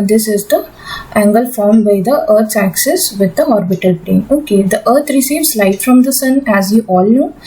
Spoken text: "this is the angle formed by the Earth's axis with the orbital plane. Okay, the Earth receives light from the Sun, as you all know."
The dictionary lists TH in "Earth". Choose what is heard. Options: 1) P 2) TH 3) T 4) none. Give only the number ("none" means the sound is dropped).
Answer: 3